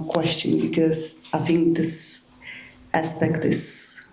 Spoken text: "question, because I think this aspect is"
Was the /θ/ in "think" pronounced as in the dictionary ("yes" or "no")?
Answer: yes